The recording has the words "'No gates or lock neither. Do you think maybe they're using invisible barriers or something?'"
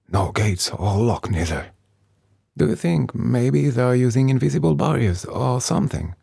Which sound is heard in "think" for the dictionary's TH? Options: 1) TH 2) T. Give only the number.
1